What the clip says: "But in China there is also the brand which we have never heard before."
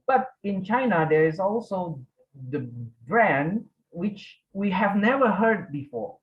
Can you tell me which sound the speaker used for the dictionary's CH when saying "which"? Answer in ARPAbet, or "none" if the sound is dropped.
CH